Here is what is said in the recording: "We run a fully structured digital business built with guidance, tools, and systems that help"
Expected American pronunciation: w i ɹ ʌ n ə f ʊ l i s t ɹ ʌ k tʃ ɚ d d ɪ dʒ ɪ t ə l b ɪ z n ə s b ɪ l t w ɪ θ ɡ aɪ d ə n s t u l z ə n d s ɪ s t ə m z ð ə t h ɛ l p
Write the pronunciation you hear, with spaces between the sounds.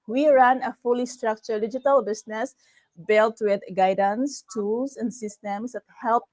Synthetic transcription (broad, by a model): w i ɹ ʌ n ə f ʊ l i s t ɹ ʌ k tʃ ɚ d d ɪ dʒ ɪ t ə l b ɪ s n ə s b ɪ l t w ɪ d ɡ aɪ d ə n s t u l s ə n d s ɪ s t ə m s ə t h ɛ l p